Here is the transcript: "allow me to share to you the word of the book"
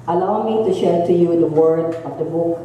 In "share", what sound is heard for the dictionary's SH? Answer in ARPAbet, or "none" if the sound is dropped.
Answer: SH